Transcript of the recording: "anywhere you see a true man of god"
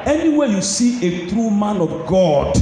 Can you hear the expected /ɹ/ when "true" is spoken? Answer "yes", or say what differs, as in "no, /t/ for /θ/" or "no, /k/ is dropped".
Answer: yes